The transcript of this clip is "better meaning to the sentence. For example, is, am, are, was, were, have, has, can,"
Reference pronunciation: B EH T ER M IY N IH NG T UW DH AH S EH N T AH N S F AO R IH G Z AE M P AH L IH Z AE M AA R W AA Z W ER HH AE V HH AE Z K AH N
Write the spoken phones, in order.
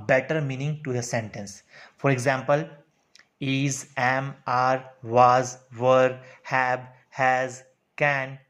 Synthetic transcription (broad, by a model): B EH T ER M IY N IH NG T UW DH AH S EH N T AH N S F AO R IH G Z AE M P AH L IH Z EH M AA R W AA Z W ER HH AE B HH AE Z K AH N